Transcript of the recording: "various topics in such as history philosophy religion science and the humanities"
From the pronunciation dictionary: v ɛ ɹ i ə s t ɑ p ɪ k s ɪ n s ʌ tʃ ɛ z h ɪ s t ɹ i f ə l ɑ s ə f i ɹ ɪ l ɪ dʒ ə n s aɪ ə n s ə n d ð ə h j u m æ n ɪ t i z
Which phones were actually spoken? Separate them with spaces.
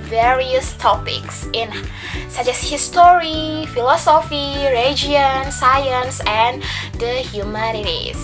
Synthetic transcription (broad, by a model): v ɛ ɹ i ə s t ɑ p ɪ k s ɪ n s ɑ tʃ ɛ s h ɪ s t ɹ i f ə l ɑ s ə f i ɹ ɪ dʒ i ə n s aɪ ə n s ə n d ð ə h j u m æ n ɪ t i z